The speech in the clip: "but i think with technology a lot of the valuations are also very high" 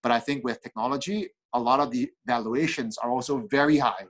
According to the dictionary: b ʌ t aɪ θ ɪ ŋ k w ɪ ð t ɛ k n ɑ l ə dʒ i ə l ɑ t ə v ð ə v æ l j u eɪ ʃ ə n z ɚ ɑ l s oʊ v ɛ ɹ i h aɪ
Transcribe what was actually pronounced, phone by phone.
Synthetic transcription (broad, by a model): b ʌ t aɪ θ ɪ ŋ k w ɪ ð t ɛ k n ɑ l ə dʒ i ə l ɑ t ə v ð ə v æ l j u eɪ ʃ ə n z ɚ ɑ l s oʊ v ɛ ɹ i h aɪ